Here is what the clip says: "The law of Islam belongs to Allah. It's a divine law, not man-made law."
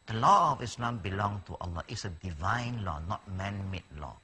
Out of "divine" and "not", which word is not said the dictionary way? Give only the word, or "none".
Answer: none